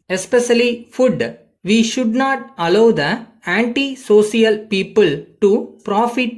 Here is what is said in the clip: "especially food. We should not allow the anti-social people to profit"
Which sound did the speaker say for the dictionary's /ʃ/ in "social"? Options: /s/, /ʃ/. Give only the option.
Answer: /s/